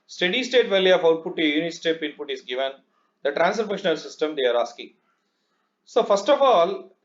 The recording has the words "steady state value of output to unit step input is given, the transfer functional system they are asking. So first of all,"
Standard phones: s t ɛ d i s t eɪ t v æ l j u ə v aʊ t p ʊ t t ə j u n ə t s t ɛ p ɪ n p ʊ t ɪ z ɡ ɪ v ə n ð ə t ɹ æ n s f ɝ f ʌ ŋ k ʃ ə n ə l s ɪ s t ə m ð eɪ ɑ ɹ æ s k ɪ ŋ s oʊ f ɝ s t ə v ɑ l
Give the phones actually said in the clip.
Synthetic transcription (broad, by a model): s t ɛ d i s t eɪ t v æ l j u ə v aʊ t p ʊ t t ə j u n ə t s t ɛ p ɪ n p ʊ t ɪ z ɡ ɪ v ə n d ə t ɹ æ n s ɝ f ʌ k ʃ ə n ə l s ɪ s t ə m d eɪ ɑ ɹ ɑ s k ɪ ŋ s oʊ f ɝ s t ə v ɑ l